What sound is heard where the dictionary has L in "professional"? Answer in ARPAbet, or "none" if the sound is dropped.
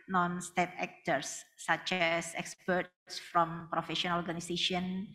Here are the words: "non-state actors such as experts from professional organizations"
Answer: N